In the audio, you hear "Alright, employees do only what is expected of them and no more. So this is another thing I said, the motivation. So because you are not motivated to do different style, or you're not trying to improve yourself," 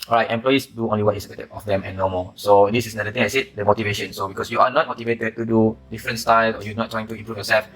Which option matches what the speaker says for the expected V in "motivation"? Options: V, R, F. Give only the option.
V